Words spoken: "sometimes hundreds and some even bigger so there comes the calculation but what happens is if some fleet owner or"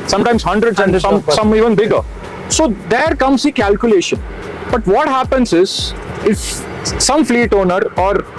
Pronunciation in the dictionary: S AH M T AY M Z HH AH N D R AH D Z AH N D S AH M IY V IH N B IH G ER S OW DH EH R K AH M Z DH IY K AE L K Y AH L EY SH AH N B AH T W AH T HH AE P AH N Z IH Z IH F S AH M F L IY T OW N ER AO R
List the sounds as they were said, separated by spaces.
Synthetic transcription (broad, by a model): S AH M T AY M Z HH AH N D R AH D S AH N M S AH M IY V IH N B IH G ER S OW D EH R K AH M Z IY K AE L K Y AH L EY SH AH N B AH T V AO T HH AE P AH N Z IH Z IH F S AH M F L IY T OW N ER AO R